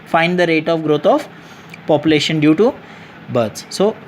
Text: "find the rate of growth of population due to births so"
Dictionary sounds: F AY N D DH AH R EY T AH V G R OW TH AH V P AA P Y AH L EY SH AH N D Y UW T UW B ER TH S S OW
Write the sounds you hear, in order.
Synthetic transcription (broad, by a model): F AY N D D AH R EY T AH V G R OW T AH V P AA P Y AH L EY SH AH N D Y UW T UW B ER T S S OW